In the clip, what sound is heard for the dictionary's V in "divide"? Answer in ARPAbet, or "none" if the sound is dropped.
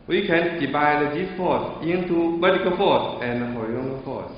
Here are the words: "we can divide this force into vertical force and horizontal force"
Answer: B